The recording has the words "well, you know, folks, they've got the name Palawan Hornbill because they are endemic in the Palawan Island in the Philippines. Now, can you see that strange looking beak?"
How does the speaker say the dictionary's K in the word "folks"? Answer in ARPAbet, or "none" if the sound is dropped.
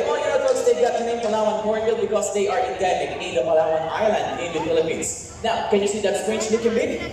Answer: none